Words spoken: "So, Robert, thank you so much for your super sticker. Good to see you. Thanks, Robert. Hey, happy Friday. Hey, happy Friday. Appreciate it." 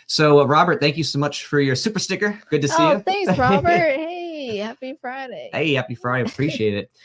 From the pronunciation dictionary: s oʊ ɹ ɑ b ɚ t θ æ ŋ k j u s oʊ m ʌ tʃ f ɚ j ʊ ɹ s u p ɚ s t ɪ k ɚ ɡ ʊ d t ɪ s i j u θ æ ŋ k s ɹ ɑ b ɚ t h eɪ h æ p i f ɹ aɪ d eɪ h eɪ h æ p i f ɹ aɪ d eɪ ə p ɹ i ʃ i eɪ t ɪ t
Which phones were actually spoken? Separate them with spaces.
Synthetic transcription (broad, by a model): s oʊ ɹ ɑ b ɚ t θ æ ŋ k j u s oʊ m ʌ tʃ f ɚ j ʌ ɹ s u p ɚ s t ɪ k ɚ ɡ ʊ d t ɪ s i j u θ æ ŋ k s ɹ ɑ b ɚ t h eɪ h æ p i f ɹ aɪ d eɪ h eɪ h æ p i f ɹ aɪ d eɪ ə p ɹ i ʃ i eɪ t ɪ t